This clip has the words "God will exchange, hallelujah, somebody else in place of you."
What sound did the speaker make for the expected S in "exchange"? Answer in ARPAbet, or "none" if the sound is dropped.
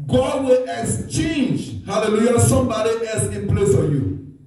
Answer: S